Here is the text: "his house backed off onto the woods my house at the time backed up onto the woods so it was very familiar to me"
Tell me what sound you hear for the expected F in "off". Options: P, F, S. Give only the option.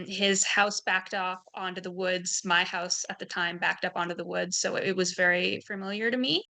P